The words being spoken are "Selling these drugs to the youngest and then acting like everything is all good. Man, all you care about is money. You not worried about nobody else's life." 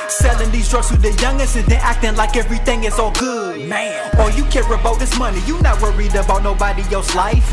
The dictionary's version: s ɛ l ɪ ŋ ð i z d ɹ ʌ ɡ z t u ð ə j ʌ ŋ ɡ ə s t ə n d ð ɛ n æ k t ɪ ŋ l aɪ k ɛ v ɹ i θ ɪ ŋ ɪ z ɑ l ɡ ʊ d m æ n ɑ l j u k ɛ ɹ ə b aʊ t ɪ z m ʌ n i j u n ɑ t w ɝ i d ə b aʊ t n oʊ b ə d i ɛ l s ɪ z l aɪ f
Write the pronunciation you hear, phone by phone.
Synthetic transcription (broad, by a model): s ɛ l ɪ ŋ ð i z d ɹ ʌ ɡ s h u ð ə j ʌ ŋ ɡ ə s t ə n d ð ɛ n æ k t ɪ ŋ l aɪ k ɛ v ɹ i θ ɪ ŋ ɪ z ɑ l ɡ ʊ d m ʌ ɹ j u k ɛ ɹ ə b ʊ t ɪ s m ʌ n i j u n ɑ t w ɝ i d ə b aʊ t n oʊ b ə d i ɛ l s l aɪ f